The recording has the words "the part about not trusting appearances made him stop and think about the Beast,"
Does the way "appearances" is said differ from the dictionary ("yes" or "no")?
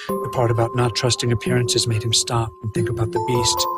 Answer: no